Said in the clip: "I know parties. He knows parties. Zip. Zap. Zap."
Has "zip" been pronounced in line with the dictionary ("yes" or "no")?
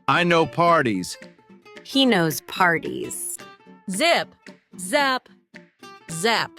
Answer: yes